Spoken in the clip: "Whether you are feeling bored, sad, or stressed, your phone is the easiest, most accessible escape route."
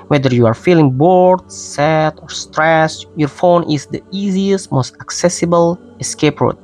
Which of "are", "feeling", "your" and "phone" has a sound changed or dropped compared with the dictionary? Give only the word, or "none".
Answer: none